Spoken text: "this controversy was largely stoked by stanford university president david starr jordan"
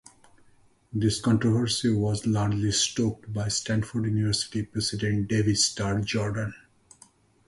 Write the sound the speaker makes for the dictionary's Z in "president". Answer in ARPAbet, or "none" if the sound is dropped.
S